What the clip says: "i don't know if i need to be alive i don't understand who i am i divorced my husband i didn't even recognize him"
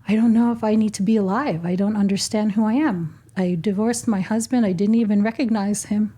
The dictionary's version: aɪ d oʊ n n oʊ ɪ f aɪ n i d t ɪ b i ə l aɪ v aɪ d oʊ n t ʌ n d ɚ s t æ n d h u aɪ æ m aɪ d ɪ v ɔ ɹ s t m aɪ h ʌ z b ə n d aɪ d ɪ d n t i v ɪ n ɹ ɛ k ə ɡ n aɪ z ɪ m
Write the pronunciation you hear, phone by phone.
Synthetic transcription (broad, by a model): aɪ d oʊ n n oʊ ɪ f aɪ n i d t ɪ b i ə l aɪ v aɪ d oʊ n t ʌ n d ɚ s t æ n d h u aɪ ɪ m aɪ d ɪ v ɔ ɹ s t m aɪ h ʌ z b ə n d aɪ d ɪ d n t i v ɪ n ɹ ɛ k ə ɡ n aɪ z ɪ m